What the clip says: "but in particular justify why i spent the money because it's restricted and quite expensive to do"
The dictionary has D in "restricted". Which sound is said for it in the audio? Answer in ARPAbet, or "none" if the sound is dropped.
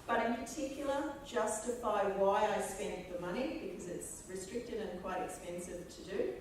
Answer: D